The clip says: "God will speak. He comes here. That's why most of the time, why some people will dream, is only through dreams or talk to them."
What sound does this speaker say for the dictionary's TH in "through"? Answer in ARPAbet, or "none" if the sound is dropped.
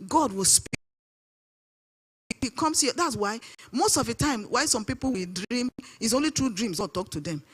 T